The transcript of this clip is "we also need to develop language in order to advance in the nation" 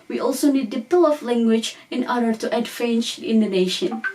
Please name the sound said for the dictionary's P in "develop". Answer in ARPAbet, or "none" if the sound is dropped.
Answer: F